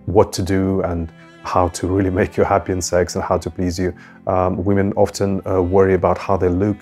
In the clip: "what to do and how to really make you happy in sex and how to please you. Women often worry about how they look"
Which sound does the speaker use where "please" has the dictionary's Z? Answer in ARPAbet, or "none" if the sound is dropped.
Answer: Z